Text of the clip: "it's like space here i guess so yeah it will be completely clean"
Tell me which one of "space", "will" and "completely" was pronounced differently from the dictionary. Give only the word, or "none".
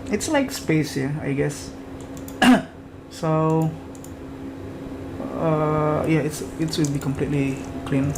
will